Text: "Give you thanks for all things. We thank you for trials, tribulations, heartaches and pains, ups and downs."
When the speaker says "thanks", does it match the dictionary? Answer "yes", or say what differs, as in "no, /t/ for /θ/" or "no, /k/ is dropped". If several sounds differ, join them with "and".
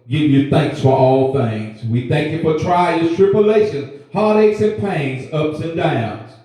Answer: yes